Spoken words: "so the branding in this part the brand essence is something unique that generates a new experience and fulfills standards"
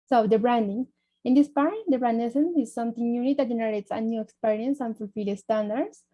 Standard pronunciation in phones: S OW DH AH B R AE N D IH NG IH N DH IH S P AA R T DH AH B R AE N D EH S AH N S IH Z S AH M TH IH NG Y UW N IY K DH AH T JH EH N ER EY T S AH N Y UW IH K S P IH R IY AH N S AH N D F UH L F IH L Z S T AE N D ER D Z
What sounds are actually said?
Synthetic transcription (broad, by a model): S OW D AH B R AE N D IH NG IH N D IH S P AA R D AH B R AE N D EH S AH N IH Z S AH M T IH NG Y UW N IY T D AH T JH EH N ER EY T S AH N Y UW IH K S P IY R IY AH N S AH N F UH L F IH L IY S T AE N D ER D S